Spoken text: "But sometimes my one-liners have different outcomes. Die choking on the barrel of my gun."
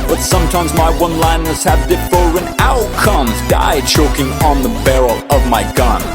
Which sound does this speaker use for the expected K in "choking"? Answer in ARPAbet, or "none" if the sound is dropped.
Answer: K